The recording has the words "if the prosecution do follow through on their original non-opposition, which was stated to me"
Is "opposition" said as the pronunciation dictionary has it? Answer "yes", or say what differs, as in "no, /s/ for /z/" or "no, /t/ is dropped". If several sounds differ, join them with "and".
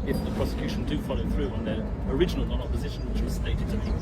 yes